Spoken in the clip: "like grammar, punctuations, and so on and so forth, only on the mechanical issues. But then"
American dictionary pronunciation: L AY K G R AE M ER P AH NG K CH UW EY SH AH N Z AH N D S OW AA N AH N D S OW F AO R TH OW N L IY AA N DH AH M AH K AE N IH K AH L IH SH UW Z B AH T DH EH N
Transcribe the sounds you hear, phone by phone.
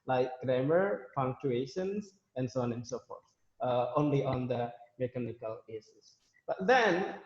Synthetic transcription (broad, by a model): L AY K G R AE M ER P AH NG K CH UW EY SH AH N S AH N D S OW AA N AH N S OW F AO R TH OW N L IY AA N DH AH M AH K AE N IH K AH L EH S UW S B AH T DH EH N